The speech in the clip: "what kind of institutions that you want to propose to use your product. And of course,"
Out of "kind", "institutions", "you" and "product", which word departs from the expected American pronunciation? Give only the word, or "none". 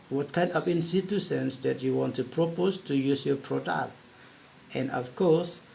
institutions